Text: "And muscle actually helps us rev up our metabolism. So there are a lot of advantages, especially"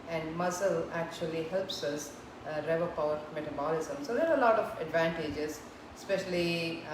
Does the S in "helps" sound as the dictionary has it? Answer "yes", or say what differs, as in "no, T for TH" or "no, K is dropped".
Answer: yes